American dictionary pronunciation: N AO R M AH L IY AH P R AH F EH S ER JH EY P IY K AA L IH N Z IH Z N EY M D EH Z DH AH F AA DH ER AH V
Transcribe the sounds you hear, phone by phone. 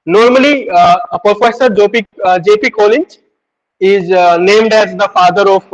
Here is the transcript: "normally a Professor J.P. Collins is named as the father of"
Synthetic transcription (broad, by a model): N AO R M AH L IY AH P R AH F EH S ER JH EY P IY K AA L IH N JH IH Z N EY M D EH Z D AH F AA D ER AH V